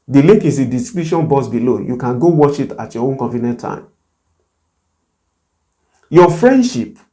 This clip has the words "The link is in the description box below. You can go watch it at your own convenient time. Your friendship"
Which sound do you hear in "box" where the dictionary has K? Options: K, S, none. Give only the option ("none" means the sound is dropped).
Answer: none